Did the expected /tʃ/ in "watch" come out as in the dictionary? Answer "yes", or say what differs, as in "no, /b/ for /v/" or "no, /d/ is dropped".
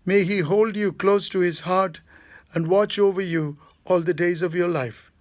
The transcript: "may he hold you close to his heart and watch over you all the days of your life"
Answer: yes